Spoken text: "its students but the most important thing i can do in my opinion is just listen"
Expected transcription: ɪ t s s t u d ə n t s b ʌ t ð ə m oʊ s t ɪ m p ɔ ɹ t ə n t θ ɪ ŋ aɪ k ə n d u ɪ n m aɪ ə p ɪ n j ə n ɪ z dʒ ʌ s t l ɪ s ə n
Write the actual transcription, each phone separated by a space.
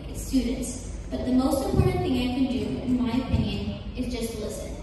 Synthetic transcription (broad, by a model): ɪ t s s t u d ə n t s b ʌ t ð ə m oʊ s t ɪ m p ɔ ɹ t n θ ɪ ŋ aɪ k ə n d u ɪ n m aɪ ə p ɪ n j ə n ɪ z dʒ ʌ s t l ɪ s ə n